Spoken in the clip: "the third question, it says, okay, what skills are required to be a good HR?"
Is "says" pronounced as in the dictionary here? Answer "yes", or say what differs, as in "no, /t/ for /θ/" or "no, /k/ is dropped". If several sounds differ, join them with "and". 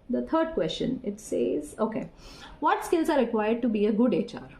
yes